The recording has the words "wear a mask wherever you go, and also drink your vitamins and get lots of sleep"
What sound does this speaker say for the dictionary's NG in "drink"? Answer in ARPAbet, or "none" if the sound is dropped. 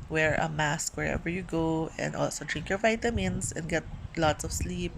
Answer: NG